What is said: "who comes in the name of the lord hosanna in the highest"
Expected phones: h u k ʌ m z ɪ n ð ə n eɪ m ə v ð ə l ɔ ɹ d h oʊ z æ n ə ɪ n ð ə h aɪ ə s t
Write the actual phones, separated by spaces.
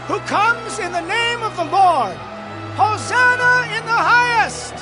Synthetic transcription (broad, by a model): h u k ʌ m z ɪ n ð ə n eɪ m ə v ð ə l ɔ ɹ d h oʊ z æ n ə ɪ n ð ə h aɪ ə s t